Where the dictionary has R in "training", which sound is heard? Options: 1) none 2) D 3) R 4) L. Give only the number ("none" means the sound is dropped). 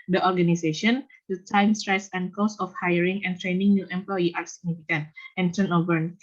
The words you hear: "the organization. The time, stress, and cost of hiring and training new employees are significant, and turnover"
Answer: 3